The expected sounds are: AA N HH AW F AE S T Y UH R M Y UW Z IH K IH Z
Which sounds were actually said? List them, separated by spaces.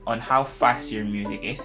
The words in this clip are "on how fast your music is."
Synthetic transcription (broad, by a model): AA N HH AW F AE S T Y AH R M Y UW Z IH K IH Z